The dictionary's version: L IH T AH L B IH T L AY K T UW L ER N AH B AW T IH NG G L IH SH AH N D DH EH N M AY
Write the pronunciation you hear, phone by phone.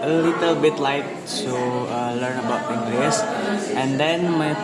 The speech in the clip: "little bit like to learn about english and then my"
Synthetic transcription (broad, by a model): L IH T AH L B IH T L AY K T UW L ER N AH B AW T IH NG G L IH S AH N D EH N M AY